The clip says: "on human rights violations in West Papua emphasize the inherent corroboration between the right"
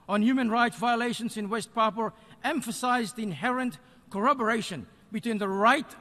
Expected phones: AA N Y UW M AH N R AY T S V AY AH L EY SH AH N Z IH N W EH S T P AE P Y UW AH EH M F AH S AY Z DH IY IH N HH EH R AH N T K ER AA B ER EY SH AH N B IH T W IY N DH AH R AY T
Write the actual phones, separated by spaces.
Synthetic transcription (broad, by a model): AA N Y UW M AH N R AY T S V AY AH L EY SH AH N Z IH N W EH S T P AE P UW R EH M F AH S AY Z DH IY IH N HH EH R AH N T K ER AA B ER EY SH AH N B IH T W IY N DH AH R AY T